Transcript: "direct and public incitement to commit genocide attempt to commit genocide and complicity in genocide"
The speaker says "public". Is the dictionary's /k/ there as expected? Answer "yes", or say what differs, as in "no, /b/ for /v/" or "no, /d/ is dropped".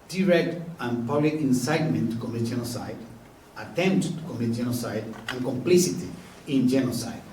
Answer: no, /k/ is dropped